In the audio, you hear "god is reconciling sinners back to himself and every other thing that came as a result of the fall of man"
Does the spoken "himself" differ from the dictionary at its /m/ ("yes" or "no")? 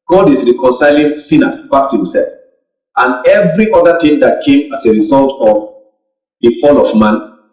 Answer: no